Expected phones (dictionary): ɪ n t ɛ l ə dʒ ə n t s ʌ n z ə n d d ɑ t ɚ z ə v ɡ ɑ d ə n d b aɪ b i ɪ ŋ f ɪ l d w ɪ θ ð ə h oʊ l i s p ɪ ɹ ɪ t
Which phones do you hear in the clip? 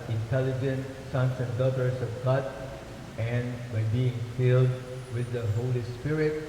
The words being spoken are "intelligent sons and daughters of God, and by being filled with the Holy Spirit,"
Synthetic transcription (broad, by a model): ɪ n t ɛ l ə dʒ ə n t s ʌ n s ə n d d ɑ t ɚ s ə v ɡ ɑ d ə n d b aɪ b i ɪ ŋ f ɪ l d w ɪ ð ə h oʊ l i s p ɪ ɹ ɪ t